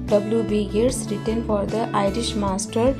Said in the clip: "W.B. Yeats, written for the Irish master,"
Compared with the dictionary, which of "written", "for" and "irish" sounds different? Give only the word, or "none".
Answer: none